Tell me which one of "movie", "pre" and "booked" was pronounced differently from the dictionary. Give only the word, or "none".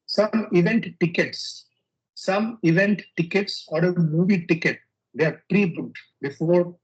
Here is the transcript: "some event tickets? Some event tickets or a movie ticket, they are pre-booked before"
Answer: booked